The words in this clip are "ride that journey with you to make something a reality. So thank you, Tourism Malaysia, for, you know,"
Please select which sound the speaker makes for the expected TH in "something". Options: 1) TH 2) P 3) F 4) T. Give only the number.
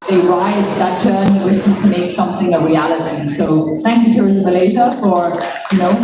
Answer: 1